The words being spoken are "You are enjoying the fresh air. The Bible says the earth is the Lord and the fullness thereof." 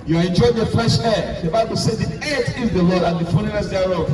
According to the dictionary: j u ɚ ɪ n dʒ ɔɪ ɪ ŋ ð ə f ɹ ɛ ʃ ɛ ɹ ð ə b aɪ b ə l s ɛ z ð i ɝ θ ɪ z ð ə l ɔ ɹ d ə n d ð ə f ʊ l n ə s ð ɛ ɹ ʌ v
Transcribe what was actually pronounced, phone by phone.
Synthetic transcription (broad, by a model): j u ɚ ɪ n dʒ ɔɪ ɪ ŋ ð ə f l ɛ ʃ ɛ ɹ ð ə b aɪ b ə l s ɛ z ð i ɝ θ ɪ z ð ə l ɔ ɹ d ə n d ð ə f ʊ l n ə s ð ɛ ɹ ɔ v